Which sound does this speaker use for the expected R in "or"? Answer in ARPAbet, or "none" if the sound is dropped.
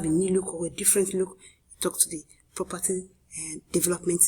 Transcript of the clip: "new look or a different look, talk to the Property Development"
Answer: W